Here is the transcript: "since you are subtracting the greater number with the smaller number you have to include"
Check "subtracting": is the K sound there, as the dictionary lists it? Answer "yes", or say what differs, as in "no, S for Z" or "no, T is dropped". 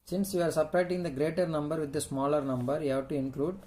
no, K is dropped